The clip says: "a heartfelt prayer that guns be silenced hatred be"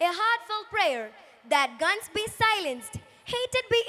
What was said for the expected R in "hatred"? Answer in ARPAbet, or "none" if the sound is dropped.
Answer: none